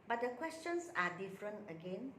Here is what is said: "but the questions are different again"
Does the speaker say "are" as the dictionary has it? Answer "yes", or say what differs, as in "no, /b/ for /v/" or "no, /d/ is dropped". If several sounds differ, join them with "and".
yes